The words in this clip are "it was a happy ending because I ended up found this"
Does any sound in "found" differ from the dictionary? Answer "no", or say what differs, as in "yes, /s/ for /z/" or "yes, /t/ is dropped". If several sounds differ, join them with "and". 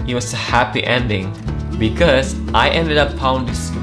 yes, /p/ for /f/